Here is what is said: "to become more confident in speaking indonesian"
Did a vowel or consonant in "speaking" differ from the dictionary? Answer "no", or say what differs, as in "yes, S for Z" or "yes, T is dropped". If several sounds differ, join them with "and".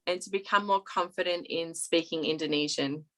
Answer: no